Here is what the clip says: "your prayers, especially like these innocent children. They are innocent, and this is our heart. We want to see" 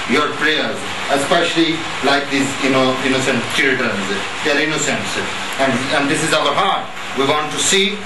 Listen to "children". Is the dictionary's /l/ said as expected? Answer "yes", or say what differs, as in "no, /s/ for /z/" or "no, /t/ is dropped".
no, /l/ is dropped